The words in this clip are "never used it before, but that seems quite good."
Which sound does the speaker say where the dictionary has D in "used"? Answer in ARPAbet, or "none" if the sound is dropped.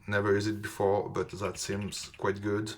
none